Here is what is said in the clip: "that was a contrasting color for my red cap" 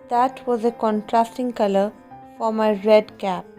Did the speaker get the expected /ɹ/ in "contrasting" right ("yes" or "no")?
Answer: yes